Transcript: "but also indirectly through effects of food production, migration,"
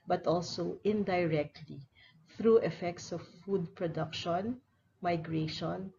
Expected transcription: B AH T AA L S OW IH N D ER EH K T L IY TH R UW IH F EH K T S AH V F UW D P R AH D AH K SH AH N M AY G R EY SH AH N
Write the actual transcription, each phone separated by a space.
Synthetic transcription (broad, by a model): B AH T AA L S OW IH N D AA EH K T L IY TH R UW IH F EH K T S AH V F UW D P R AH D AH K SH AH N M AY G R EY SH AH N